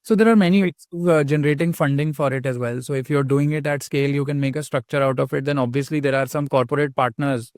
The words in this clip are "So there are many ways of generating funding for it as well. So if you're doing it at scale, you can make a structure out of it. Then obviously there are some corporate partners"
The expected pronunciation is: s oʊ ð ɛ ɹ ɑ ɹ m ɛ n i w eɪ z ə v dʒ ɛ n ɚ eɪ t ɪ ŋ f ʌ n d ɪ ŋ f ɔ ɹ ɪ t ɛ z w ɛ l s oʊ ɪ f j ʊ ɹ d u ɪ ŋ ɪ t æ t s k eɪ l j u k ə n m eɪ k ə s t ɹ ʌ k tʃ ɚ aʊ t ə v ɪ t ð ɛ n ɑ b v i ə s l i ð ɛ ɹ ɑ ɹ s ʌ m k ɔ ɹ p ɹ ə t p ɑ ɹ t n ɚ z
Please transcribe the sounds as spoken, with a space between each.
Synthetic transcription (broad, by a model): s oʊ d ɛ ɹ ɑ ɹ m ɛ n i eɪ s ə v dʒ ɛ n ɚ eɪ t ɪ ŋ f ʌ n d ɪ ŋ f ɔ ɹ ɪ t ɛ z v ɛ l s oʊ ɪ f j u ɹ d u ɪ ŋ ɪ t æ t s k eɪ l j u k ə n m eɪ k ə s t ɹ ʌ k tʃ ɚ aʊ t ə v ɪ t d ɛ n ɑ b v i ə s l i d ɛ ɹ ɑ ɹ s ʌ m k ɔ ɹ p ɹ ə t p ɑ ɹ t n ɚ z